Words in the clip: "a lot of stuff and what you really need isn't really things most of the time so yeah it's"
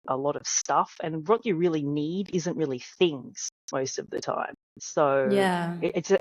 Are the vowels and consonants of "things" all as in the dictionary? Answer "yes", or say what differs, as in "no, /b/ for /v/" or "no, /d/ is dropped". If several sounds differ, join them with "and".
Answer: yes